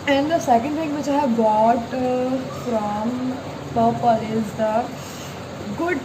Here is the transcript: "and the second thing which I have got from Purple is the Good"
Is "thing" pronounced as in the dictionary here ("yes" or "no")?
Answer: no